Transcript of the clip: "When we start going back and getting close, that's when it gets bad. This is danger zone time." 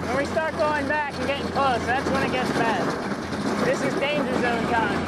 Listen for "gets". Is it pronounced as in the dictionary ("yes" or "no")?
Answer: yes